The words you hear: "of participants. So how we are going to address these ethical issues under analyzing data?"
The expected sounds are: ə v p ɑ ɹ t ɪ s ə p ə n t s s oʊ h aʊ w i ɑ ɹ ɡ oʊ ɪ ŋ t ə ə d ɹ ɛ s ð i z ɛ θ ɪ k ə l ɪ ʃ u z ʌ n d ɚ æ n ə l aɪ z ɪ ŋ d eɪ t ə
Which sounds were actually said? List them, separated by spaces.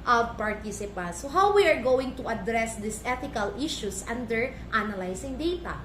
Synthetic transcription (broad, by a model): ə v p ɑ ɹ t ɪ s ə p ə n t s s oʊ h aʊ w i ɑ ɹ ɡ oʊ ɪ ŋ t ə ə d ɹ ɛ s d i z ɛ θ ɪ k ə l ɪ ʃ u s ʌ n d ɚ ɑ n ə l aɪ s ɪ ŋ d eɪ t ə